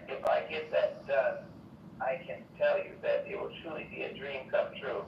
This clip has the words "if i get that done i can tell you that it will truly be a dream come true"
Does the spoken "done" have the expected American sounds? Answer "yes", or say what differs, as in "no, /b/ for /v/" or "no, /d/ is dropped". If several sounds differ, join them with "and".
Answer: no, /n/ is dropped